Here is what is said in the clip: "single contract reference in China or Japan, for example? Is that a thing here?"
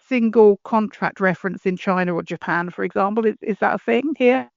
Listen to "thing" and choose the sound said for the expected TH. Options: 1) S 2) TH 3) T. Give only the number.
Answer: 2